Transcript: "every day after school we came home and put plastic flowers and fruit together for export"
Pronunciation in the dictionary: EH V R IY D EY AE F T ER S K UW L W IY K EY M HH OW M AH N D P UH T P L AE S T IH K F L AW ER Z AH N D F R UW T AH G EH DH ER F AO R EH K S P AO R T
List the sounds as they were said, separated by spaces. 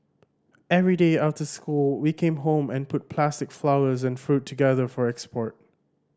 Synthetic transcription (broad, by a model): EH V R IY D EY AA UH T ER S K UW L W IY K EY M HH OW M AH N P UH T P L AE S T IH K F L AW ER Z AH N F R UW T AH G EH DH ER F AO R EH K S P AO R T